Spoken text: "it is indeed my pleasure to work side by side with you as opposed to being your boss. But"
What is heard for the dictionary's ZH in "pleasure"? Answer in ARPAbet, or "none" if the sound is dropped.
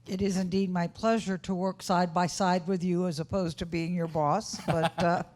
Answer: ZH